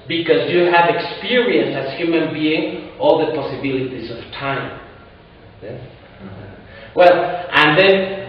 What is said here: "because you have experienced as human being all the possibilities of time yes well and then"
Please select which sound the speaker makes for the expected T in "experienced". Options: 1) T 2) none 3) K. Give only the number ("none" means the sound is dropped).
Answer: 2